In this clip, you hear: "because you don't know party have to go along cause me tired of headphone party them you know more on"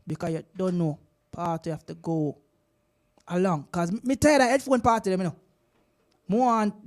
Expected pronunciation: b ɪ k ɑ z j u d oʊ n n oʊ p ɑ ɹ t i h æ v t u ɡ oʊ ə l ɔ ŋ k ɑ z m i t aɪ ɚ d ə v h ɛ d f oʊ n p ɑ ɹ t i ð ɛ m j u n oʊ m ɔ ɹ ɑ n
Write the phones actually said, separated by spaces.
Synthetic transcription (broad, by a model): b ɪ k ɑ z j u d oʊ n n oʊ p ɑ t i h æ f t u ɡ oʊ ə l ɔ ŋ k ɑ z m i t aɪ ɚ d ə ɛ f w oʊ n p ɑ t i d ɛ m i n oʊ m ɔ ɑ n